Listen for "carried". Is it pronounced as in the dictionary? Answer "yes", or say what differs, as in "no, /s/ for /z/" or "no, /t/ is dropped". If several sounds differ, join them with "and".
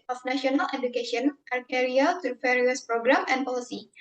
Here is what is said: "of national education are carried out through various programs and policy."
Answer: no, /d/ is dropped